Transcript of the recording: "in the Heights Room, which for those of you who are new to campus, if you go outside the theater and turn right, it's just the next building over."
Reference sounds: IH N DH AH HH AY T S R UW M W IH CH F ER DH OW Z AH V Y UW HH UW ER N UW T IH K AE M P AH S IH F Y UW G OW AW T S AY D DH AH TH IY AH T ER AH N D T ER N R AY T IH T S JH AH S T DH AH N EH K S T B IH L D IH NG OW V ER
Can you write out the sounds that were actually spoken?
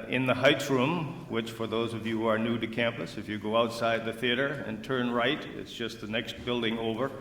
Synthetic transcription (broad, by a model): IH N DH AH HH AY T S R UW M W IH CH F ER DH OW Z AH V Y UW HH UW ER N UW T IH K AE M P AH S IH F Y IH G OW AW T S AY D DH AH TH IY AH T ER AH N T ER N R AY T IH T S JH AH S T DH AH N EH K S T B IH L D IH NG OW V ER